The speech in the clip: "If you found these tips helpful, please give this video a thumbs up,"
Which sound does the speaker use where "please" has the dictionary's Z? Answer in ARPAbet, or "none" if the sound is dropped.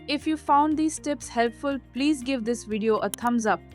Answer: Z